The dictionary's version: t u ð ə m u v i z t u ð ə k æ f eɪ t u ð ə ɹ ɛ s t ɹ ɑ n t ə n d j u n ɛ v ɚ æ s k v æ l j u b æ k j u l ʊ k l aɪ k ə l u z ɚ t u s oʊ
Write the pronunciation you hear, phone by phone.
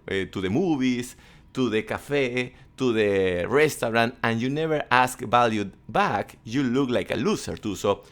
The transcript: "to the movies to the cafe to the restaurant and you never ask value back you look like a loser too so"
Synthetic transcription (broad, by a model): t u ð ə m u b i s t u ð ə k æ f eɪ t u ð ə ɹ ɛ s t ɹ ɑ n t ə n j u n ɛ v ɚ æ s k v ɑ l j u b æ k j u l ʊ k l aɪ k ə l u s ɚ t u s oʊ